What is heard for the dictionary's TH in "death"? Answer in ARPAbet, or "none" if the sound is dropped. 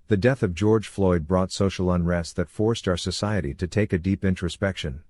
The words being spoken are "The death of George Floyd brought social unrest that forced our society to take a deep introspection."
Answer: TH